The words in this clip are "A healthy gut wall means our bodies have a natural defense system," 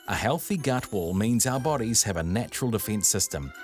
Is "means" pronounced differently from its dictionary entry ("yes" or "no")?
no